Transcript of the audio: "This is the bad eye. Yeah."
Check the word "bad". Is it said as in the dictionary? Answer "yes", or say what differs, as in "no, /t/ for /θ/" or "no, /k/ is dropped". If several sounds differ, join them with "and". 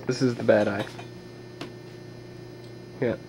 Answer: yes